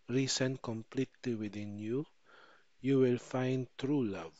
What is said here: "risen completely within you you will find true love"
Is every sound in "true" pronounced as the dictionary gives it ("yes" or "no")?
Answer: yes